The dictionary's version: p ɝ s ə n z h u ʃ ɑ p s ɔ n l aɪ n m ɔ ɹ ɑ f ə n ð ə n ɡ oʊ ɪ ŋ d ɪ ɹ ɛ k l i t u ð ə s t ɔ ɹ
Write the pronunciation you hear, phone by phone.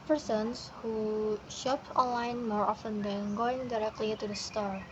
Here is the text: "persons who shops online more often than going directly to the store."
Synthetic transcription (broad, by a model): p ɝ s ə n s h u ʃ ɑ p ɔ n l aɪ n m ɔ ɹ ɑ f ə n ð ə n ɡ oʊ ɪ ŋ d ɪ ɹ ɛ k l i t u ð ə s t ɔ ɹ